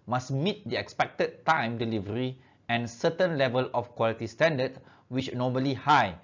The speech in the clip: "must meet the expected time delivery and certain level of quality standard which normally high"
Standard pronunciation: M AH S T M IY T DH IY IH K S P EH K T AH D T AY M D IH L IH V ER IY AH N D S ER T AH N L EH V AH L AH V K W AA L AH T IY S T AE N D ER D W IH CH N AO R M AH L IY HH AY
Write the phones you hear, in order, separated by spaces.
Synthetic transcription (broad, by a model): M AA S M IY T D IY IH K S P EH K T AH D T AY M D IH L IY V ER IY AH N S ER T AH N L EH V AH L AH F K W AA L AH T IY S T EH N D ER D W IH CH N AO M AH L IY HH AY